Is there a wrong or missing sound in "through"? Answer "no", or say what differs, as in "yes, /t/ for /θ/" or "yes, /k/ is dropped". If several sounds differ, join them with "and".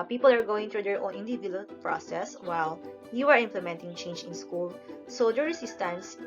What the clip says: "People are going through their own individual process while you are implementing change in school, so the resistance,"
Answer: yes, /t/ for /θ/